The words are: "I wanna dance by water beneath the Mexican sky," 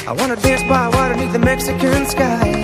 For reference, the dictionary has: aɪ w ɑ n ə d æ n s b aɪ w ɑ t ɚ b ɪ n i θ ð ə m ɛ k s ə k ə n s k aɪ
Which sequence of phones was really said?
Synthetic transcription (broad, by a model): aɪ w ɑ n ə d æ n s b aɪ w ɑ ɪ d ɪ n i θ ð ə m ɛ k s ə k ə n s k aɪ